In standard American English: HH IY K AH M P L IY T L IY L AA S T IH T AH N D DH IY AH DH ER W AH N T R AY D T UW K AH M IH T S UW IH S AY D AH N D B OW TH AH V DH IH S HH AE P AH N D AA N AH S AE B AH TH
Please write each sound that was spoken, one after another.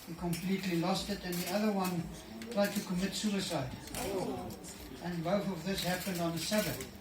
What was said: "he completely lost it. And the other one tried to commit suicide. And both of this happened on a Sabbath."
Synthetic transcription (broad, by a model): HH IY K AH M P L IY T L IY L AA S T IH T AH N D DH IY AH DH ER W AH N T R AY D T UW K AH M IH T S UW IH S AY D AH N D B OW TH AH V DH IH S HH AE P AH N D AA N AH S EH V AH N